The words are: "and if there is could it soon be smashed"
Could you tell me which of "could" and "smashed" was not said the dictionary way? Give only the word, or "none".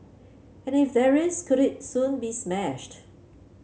none